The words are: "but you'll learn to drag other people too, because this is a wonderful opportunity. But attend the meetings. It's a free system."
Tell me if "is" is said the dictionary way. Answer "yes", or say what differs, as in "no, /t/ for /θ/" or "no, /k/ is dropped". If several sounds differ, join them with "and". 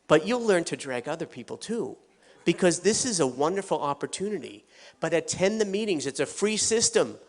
yes